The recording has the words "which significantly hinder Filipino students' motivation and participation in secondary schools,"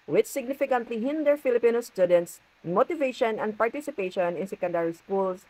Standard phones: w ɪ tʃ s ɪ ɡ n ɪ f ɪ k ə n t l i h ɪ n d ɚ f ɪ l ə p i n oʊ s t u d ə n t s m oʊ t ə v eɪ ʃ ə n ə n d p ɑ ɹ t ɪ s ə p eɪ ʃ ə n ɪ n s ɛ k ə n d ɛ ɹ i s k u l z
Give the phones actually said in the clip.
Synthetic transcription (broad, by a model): w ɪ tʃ s ɪ ɡ n ɪ f ɪ k ə n t l i h ɪ n d ɚ f ɪ l ə p i n oʊ s t u d ə n t s m oʊ t ə v eɪ ʃ ə n ə n d p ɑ ɹ t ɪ s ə p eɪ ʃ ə n ɪ n s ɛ k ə n d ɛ ɹ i s k u l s